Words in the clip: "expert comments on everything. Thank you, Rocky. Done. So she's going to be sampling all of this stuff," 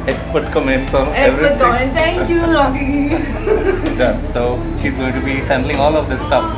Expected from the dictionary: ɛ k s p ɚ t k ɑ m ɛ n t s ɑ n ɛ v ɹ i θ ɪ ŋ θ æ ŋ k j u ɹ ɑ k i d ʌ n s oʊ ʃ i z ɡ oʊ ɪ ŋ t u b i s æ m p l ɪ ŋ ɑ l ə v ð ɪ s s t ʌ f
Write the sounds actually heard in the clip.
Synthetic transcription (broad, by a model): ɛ k s p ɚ t k ɑ m ɛ n t s ɑ n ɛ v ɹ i t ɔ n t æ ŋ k j u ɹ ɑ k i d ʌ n s oʊ ʃ i z ɡ oʊ ɪ ŋ t u b i s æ m b l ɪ ŋ ɑ l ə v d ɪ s s t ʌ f